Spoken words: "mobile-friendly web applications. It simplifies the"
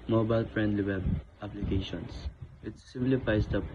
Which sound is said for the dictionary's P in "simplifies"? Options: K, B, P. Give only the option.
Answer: B